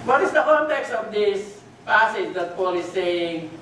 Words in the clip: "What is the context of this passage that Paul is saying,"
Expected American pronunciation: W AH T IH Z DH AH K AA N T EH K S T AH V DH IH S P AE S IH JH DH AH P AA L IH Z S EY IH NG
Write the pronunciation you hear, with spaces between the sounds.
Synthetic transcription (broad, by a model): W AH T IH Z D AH K AA N T EH K S T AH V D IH S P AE S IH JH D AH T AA L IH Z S EY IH NG